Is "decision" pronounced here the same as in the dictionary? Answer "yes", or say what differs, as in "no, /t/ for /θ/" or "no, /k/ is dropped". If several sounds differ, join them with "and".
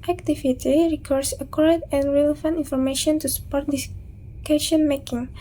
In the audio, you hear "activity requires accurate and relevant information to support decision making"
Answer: no, /ʃ/ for /ʒ/